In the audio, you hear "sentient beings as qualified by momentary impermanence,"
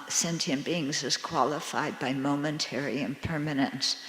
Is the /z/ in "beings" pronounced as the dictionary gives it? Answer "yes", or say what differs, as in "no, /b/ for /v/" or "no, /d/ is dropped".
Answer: yes